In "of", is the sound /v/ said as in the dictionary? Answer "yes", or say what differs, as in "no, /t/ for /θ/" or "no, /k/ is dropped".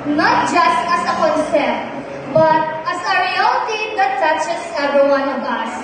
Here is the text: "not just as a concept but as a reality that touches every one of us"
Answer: no, /b/ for /v/